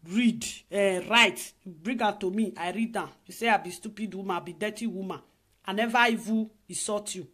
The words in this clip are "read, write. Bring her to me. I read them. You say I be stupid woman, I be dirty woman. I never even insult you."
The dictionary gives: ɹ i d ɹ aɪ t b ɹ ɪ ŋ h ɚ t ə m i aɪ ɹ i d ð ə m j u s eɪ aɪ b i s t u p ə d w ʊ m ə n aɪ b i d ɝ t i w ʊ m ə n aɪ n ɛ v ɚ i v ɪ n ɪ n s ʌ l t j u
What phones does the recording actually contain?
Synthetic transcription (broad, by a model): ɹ i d ɹ aɪ t b ɹ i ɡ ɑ t ə m i aɪ ɹ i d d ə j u s eɪ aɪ b i s t u p ə d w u m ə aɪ b i d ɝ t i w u m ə aɪ n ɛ v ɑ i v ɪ ɪ s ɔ t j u